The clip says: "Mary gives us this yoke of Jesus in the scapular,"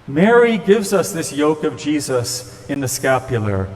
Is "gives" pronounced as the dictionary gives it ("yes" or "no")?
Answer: yes